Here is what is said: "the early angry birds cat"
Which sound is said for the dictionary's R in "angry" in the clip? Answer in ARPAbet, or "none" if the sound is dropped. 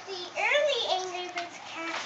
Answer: L